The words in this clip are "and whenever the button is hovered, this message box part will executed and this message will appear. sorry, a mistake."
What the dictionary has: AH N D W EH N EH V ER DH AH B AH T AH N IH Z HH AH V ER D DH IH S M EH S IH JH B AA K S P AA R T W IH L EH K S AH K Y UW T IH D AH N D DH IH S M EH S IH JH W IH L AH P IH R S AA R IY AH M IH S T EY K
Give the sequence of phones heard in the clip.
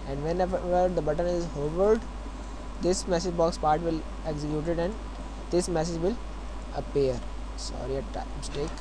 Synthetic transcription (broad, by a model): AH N D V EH N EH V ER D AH B AH T AH N IH Z HH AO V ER D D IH S M EH S IH JH B AA K S P AA R T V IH L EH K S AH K Y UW T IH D AH N D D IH S M EH S IH JH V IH L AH P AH R S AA R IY AH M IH S T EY K